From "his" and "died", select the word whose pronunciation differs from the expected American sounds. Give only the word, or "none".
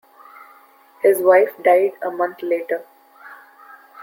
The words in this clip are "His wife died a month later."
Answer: none